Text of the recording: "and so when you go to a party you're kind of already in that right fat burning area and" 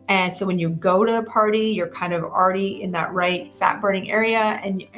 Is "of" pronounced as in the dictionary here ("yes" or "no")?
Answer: yes